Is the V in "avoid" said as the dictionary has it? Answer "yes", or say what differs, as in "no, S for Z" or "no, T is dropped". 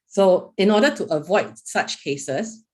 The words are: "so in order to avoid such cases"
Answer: yes